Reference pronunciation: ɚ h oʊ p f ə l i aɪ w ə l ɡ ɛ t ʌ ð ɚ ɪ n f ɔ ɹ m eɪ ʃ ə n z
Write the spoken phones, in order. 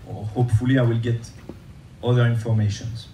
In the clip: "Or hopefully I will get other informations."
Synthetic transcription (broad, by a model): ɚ h oʊ p f ə l i aɪ w ə l ɡ ɛ t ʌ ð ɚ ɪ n f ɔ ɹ m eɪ ʃ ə n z